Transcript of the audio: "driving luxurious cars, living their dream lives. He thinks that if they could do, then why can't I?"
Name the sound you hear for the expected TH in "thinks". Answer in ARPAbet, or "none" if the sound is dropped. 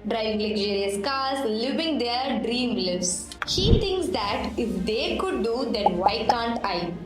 T